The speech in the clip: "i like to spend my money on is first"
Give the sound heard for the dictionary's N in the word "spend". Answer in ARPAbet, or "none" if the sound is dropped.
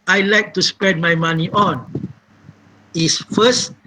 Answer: none